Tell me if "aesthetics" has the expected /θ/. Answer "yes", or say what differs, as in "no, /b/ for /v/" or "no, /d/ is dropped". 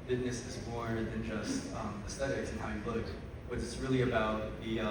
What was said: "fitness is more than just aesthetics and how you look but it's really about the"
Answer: no, /t/ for /θ/